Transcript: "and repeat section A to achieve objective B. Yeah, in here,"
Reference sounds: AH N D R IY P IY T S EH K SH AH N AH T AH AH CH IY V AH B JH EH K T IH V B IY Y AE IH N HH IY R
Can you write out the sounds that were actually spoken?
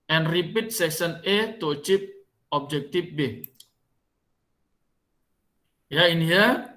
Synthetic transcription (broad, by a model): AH N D R IY P IY T S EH K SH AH N AH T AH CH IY P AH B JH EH K T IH F B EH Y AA IH N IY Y